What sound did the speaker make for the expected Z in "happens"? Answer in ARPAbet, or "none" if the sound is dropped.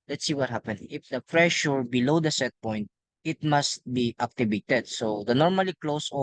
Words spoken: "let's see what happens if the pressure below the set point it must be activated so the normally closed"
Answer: none